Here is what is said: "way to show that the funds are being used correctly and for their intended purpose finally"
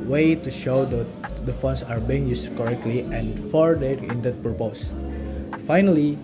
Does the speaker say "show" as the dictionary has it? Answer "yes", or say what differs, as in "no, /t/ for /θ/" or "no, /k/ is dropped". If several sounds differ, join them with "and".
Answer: yes